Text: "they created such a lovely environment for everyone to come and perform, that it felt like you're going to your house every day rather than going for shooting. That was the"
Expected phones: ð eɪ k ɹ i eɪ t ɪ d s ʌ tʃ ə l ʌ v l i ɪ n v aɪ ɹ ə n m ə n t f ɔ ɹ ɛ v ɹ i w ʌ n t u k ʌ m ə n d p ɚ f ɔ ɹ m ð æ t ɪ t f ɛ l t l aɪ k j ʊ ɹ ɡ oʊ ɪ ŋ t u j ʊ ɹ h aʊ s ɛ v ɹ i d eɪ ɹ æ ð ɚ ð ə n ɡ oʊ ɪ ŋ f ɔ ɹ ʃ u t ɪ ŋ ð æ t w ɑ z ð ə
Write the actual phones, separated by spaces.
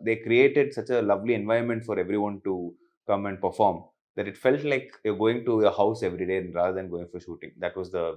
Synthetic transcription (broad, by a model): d eɪ k ɹ i eɪ t ɪ d s ʌ tʃ ə l ʌ v l i ɪ n v aɪ ɹ ə n m ə n t f ɔ ɹ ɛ v ɹ i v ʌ n t u k ʌ m ə n d p ɚ f ɔ ɹ m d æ t ɪ t f ɛ l t l aɪ k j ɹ ɡ oʊ ɪ ŋ t u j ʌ h aʊ s ɛ v ɹ i d eɪ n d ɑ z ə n ɡ oʊ ɪ ŋ f ɔ ɹ ʃ u t ɪ ŋ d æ t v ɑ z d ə